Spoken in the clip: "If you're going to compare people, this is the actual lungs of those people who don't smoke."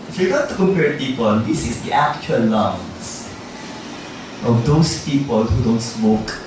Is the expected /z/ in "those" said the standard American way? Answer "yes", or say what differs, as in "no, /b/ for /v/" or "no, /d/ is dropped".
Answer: no, /s/ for /z/